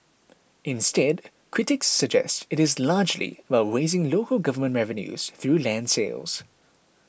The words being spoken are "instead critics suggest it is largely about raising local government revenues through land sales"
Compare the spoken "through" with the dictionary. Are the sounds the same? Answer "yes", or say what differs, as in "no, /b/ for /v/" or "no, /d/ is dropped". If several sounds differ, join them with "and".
yes